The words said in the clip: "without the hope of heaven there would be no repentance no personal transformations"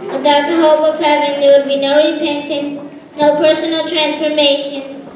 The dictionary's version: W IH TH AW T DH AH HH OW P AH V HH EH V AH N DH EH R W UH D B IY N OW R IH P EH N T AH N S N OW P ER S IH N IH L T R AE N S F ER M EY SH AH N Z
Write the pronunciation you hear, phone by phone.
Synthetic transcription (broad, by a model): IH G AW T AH HH OW P AH V HH EH V AH N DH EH R W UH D B IY N OW R IH P EH N T AH N S N OW P ER S IH N IH L T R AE N S F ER M EY SH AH N